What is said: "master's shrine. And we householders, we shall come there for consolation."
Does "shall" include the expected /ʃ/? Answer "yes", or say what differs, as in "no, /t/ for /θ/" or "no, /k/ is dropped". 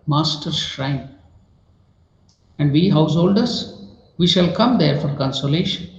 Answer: yes